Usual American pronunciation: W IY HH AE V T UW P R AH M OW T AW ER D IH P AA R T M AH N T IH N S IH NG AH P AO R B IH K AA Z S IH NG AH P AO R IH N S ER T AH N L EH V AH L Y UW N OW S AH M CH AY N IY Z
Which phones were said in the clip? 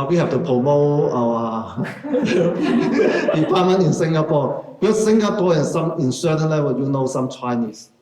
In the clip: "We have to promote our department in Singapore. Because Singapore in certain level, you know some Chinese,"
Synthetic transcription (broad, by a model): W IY HH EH F T UW P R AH M OW AW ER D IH P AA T M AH N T IH N S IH NG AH P AO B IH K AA S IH NG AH P AO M IH N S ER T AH N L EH W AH Y UW N OW S AH M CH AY N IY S